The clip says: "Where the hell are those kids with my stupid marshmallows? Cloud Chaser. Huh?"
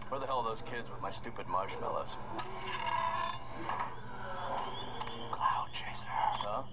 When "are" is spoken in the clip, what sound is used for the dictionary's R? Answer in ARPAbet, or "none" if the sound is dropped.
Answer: L